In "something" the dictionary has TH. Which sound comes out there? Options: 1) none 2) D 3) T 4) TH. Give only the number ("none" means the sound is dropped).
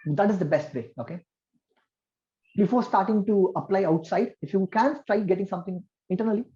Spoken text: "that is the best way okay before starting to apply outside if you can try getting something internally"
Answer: 3